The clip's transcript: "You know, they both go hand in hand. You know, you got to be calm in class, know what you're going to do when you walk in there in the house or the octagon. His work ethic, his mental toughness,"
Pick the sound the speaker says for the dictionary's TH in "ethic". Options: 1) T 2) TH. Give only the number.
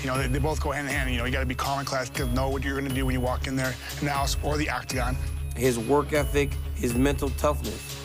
2